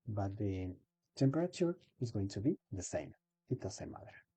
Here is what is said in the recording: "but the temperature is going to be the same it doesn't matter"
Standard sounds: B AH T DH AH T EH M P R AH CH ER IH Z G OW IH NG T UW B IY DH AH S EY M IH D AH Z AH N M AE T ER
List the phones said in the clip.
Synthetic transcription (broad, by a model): B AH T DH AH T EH M P R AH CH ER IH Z G OW IH NG T UW B IY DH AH S EY M IH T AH S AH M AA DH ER